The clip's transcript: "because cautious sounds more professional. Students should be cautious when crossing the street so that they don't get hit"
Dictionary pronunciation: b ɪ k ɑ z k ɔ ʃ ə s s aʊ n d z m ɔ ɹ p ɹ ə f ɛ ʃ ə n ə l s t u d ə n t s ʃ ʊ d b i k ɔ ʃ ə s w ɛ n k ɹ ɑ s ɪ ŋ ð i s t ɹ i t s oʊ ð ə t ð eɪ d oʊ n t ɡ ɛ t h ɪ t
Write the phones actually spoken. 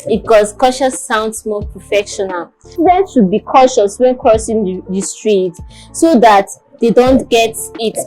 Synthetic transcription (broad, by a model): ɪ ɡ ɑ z k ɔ ʃ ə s s aʊ n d s m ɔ p ɹ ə f ɛ ʃ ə n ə l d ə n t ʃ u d b i k ɔ ʃ ə s w ɛ n k ɹ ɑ s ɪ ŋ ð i s t ɹ i t s oʊ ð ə t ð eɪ d oʊ n t ɡ ɛ t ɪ t